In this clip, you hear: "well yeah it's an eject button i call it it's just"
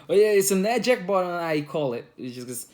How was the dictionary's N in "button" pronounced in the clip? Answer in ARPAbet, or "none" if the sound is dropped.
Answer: none